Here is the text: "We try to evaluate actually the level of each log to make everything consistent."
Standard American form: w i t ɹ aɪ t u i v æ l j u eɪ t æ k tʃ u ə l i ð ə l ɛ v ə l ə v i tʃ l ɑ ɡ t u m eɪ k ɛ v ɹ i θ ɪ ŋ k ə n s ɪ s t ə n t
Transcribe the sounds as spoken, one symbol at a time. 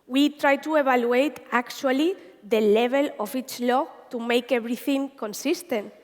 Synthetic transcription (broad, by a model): w i t ɹ aɪ t u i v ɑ l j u eɪ t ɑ k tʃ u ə l i ð ə l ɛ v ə l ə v i tʃ l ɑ t u m eɪ k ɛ b ɹ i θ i ŋ k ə n s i s t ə n t